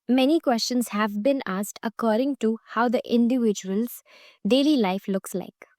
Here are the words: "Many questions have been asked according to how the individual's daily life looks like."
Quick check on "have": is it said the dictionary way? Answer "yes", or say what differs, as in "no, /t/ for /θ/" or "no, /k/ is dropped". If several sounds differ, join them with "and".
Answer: yes